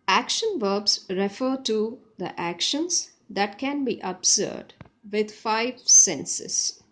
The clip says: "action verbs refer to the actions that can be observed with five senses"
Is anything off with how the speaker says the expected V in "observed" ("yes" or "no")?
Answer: yes